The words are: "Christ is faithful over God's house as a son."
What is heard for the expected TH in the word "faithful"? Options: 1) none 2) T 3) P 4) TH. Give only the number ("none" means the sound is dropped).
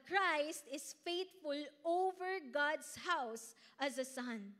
2